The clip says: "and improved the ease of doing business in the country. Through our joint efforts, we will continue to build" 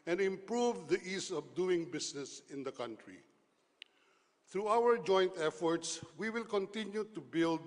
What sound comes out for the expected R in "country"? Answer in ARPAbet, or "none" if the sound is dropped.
R